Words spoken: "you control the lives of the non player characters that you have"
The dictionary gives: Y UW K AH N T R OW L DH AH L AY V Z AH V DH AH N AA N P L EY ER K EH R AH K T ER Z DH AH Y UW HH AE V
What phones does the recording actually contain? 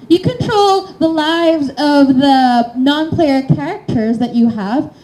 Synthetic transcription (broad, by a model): Y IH K AH N T R OW L DH AH L AY V Z AH V DH AH N AA N P L EY ER K EH R AH K T ER Z DH AH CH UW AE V